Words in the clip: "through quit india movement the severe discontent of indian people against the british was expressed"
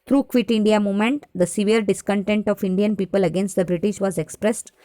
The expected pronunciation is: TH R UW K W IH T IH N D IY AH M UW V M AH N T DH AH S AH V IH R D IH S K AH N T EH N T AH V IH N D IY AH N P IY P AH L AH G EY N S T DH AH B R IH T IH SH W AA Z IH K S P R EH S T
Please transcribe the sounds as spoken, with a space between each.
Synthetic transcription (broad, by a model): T R UW K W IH T IH N D IY AH M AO M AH N T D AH S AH V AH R D IH S K AH N T EH N T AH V IH N D IY AH N P IY P AH L AH G EY N S T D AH B R IH T IH SH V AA Z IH K S P R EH S T